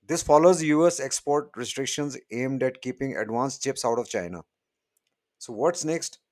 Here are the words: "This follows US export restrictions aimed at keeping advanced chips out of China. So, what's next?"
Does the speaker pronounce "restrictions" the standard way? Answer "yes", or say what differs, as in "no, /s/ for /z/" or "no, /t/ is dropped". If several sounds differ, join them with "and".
yes